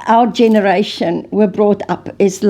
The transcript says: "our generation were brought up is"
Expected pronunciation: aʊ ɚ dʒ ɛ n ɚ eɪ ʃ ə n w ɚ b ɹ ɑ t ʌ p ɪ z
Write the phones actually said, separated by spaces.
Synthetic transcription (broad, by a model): aʊ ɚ dʒ ɛ n ɚ eɪ ʃ ə n w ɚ b ɹ ɑ t ʌ p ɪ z